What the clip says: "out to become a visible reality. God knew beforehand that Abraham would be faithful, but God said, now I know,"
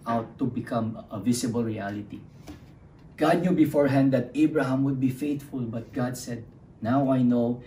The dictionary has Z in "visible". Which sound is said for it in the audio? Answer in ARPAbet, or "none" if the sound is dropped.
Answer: S